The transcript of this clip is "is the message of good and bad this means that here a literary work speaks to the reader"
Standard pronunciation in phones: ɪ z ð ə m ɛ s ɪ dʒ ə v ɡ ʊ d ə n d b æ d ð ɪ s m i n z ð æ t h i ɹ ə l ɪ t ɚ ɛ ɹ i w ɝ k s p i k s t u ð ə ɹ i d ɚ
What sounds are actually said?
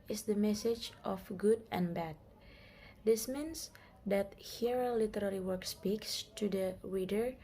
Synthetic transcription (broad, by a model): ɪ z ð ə m ɛ s ɪ dʒ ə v ɡ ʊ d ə n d b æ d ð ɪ s m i n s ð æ t h i ɹ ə l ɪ t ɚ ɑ l i w ɝ k s p i k s t u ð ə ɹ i d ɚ